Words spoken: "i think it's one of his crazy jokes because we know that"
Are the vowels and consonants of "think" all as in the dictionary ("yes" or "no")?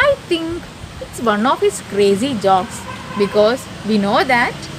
no